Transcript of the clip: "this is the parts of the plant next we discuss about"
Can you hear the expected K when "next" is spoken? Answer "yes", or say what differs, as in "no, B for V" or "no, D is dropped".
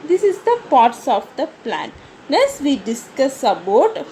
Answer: no, K is dropped